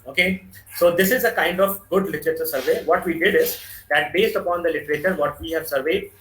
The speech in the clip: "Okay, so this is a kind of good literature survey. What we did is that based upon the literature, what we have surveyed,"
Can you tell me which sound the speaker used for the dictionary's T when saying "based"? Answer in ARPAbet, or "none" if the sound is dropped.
T